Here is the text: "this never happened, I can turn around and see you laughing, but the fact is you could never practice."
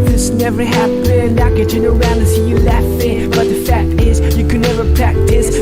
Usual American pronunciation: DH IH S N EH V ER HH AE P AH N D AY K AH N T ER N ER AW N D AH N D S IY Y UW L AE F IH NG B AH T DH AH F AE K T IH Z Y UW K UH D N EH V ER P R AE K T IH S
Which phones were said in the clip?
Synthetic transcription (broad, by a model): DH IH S N EH V ER HH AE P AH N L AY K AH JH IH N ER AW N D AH S IY Y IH L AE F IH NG B AH T DH AH F AE K T IH Z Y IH K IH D N EH V ER P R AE K T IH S